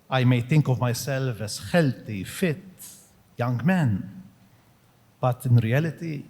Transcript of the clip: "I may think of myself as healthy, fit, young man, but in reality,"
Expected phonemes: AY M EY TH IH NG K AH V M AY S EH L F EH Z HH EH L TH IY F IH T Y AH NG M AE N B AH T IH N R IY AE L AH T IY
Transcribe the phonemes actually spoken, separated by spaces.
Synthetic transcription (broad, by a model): AY M EY T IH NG K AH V M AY S EH L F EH S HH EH L T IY F IH T Y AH NG M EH N B AH T IH N R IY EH L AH T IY